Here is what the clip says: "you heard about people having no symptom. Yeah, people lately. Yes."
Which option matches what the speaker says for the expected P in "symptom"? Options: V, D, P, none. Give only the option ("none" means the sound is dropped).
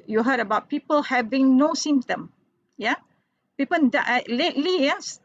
none